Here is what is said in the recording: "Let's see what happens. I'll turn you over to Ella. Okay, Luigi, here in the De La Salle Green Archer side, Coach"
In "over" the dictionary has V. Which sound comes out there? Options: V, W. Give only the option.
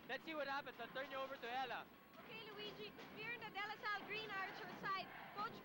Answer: V